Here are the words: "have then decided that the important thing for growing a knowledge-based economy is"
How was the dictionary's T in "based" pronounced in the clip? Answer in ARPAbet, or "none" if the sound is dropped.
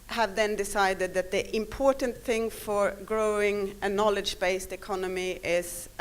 T